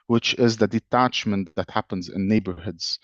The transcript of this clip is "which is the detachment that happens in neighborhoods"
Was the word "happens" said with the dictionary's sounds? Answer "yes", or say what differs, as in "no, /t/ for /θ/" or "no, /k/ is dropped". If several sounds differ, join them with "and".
yes